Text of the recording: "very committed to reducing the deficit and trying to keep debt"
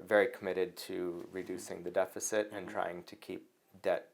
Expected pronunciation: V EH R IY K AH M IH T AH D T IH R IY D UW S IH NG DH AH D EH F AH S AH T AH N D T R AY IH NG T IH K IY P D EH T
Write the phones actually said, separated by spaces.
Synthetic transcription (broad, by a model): V EH R IY K AH M IH T AH D T IH R IY D UW S IH NG DH AH D EH F AH S AH T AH N T R AY IH NG T IH K IY P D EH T